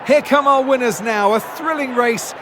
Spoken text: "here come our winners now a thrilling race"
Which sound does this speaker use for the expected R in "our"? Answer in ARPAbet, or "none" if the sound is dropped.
L